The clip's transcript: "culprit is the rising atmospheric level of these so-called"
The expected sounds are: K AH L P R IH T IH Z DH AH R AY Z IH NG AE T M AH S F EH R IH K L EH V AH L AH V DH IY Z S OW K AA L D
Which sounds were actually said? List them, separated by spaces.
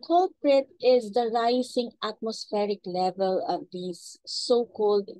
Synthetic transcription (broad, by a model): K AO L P R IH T IH Z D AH R AY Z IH NG AE T M AH S F EH R IH K L EH V AH L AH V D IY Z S OW K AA L D